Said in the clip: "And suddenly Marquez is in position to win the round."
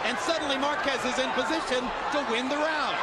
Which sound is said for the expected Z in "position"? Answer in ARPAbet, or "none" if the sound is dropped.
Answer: Z